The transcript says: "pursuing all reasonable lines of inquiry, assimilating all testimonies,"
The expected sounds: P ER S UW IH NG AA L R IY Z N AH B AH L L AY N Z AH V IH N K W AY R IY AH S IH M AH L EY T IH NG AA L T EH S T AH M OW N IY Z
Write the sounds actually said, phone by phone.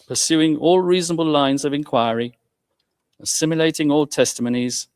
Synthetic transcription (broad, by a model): P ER S UW IH NG AA L R IY Z N AH B AH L L AY N Z AH V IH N K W AY R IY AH S IH M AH L EY T IH NG AA L T EH S T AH M OW N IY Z